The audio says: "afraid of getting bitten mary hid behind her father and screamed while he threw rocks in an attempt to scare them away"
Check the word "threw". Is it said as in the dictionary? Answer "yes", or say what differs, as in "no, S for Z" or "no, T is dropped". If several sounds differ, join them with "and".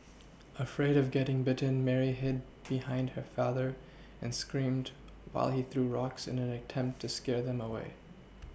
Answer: yes